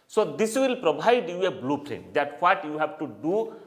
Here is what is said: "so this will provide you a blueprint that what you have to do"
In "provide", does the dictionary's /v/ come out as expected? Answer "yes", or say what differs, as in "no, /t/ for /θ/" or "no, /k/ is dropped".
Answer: no, /b/ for /v/